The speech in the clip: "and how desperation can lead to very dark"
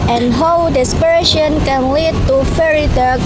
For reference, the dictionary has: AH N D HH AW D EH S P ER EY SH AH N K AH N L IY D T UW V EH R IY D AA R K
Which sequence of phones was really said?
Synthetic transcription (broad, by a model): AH N HH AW D EH S P ER EY SH AH N K AH N L IY D T UW F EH R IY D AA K